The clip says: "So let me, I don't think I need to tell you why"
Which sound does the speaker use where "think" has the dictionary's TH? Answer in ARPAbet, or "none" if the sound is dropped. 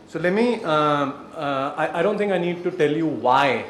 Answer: T